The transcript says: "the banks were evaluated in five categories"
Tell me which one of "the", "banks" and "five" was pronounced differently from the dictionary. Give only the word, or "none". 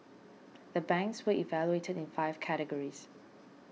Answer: none